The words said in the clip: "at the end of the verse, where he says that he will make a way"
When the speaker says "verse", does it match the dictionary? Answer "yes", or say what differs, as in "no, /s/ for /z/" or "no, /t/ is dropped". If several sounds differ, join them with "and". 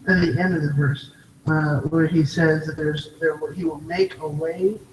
yes